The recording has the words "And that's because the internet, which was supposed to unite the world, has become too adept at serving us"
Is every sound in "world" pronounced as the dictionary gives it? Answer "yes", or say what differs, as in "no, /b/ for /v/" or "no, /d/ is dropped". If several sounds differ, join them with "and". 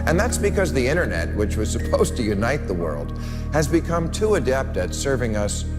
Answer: yes